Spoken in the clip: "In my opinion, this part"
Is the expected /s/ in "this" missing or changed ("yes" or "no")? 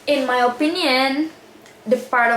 yes